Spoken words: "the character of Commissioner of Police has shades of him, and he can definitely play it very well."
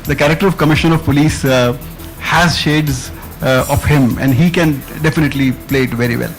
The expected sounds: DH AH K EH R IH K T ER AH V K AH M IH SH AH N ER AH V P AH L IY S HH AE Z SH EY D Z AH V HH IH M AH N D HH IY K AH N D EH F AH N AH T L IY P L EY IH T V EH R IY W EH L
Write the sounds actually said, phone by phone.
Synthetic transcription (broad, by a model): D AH K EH R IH K T ER AH V K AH M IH SH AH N AH V P AH L IY S HH AE Z SH EY D Z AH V HH IH M AH N D HH IY K AH N D EH F AH N AH T L IY P L EY IH T V EH R IY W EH L